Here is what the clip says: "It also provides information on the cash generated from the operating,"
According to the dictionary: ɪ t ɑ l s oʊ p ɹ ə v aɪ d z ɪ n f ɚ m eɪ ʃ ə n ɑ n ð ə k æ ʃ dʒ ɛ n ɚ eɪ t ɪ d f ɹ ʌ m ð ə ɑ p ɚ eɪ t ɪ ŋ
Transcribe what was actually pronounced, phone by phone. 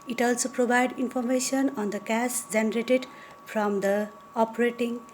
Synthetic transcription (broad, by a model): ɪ t ɑ l s oʊ p ɹ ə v aɪ d i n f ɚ m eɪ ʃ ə n ɑ n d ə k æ s dʒ ɛ n ɚ eɪ t ɪ d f ɹ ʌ m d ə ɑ p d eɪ t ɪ ŋ